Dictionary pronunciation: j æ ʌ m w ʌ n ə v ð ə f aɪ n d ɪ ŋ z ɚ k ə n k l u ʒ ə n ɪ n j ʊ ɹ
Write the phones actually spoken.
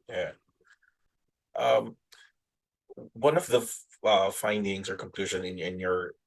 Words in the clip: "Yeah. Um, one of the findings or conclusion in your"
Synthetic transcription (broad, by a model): j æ ʌ m w ʌ n ə v ð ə f aɪ n d ɪ ŋ z ɚ k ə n k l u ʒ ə n ɪ n j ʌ ɹ